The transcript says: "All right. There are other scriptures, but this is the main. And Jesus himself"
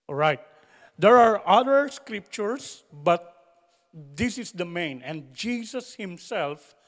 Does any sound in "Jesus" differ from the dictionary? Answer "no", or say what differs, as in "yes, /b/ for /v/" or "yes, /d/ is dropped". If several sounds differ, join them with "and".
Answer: yes, /s/ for /z/